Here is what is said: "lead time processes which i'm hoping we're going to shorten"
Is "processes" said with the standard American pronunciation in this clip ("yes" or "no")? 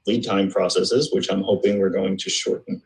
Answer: yes